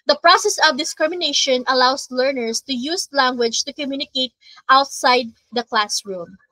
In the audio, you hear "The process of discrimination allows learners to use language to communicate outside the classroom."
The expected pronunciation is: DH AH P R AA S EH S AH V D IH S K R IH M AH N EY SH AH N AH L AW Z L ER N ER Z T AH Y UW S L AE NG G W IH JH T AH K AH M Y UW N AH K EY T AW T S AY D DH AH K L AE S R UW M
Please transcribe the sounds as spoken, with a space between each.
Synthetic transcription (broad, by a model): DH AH P R AA S EH S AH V D IH S K R IH M AH N EY SH AH N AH L AW S L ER N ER S T AH Y UW S L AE NG G W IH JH T AH K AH M Y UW N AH K EY T AW T S AY D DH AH K L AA S R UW M